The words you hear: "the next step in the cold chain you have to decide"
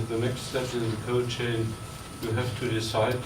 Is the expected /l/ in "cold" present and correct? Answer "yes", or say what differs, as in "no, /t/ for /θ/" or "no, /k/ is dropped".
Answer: no, /l/ is dropped